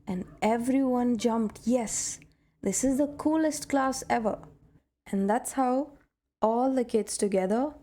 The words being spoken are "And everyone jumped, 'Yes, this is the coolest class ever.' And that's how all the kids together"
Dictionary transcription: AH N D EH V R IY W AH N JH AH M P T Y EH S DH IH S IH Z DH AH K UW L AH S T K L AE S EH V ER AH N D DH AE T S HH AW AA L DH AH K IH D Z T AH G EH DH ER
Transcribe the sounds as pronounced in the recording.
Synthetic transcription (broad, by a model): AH N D EH V R IY W AH N JH AH M P T Y EH S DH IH S IH Z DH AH K UW L AH S T K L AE S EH V ER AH N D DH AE T S HH AW AA L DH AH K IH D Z T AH G EH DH ER